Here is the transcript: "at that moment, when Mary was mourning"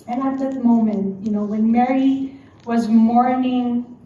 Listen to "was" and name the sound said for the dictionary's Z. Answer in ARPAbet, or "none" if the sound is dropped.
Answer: Z